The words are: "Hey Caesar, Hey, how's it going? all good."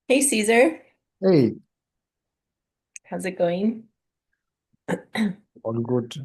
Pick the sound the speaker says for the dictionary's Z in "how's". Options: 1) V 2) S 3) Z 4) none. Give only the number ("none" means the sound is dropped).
3